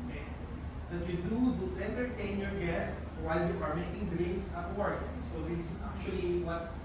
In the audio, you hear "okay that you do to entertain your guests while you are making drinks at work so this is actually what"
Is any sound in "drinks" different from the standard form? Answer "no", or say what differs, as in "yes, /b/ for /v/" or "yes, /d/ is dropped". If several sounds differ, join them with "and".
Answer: yes, /k/ is dropped